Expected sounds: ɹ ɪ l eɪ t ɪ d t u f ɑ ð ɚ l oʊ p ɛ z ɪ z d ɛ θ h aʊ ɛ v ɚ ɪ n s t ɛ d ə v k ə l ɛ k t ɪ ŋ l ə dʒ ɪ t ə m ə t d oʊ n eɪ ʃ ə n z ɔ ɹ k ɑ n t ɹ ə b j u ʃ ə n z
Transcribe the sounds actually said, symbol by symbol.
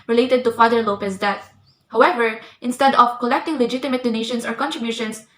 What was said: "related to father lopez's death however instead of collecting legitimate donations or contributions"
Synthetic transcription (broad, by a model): ɹ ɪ l eɪ t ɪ d t u f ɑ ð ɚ l oʊ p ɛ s d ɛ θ h aʊ ɛ v ɚ ɪ n s t ɛ d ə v k ə l ɛ k t ɪ ŋ l ə dʒ ɪ t ə m ə t d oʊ n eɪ ʃ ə n s ɔ ɹ k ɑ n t ɹ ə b j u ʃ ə n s